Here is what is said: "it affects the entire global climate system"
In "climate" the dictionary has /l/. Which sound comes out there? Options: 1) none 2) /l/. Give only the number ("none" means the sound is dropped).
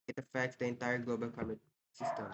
1